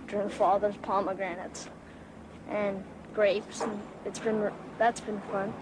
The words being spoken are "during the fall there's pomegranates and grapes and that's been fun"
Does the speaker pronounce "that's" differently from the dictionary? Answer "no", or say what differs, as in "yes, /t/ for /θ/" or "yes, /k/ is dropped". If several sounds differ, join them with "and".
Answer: no